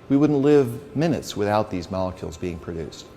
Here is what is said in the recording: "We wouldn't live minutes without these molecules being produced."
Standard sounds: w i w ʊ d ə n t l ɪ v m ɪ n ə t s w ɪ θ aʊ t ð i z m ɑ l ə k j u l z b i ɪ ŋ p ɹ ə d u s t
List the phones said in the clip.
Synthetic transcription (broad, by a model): w i w ʊ d n t l ɪ v m ɪ n ə t s w ɪ θ aʊ t ð i z m ɑ l ə k j u l z b i ɪ ŋ p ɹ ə d u s t